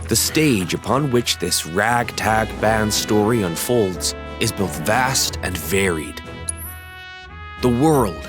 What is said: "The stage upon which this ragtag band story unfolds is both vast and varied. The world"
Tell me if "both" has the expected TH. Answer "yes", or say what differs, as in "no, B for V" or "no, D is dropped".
yes